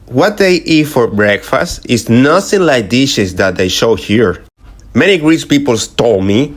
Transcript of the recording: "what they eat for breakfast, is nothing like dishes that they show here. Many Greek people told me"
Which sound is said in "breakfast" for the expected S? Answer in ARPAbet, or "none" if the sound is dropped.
S